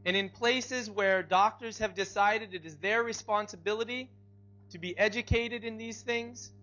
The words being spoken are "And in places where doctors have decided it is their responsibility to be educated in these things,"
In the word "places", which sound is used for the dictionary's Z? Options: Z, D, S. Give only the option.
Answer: Z